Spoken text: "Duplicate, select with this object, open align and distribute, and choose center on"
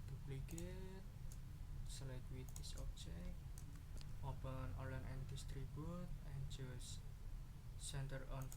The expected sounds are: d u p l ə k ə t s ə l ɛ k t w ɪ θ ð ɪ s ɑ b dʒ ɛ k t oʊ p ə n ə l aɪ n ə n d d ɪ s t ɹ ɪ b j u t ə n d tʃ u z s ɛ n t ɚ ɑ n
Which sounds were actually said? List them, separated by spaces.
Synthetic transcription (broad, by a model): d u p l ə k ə t s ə l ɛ t w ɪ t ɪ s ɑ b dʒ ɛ k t oʊ p ə n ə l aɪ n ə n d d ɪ s t ɹ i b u t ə n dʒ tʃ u s ɛ n t ɚ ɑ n